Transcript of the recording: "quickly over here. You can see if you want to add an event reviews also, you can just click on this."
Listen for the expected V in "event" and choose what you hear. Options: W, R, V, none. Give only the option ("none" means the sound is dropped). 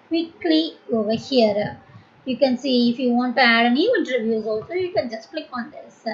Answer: none